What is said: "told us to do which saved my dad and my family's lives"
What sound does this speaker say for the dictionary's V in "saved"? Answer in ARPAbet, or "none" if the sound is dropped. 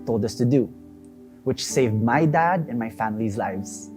V